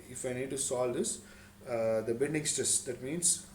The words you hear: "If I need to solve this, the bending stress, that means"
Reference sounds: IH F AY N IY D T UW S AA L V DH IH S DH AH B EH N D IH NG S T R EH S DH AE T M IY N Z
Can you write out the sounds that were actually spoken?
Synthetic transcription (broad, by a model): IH F AY N IY D T UW S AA L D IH S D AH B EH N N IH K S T EH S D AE T M IY N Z